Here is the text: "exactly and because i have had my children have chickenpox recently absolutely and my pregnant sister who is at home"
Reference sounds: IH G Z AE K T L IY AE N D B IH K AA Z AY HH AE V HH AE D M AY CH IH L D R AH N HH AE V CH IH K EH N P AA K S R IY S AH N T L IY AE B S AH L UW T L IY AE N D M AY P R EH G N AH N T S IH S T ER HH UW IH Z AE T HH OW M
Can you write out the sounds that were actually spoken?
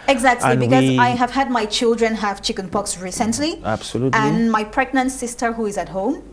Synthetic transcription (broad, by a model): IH G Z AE K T L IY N B IH K AA Z AY HH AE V HH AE D M AY CH IH L D R AH N HH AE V CH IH K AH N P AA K S R IY S AH N T L IY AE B S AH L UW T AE N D M AY P R EH G N AH N T S IH S T ER HH UW IH Z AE T HH OW M